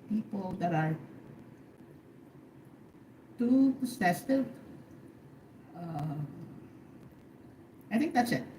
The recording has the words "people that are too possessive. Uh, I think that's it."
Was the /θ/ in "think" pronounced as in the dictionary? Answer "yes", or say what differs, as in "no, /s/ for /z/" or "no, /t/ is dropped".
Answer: no, /t/ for /θ/